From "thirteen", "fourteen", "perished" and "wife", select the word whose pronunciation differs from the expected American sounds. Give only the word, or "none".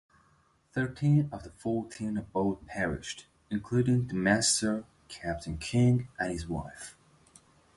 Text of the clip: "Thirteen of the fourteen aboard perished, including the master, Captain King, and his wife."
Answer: none